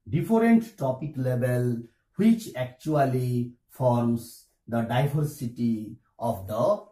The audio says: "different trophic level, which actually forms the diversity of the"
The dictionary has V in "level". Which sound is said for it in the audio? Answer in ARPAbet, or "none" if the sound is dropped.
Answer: B